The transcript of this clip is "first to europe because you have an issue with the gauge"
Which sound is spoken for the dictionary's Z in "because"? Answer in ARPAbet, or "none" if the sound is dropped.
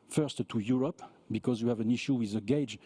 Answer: Z